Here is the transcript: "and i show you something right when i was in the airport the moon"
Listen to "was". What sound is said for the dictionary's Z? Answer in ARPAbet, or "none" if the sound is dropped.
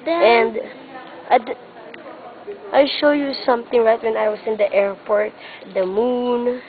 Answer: S